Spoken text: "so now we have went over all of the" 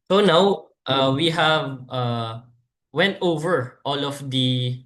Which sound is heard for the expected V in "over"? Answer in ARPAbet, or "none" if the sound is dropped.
V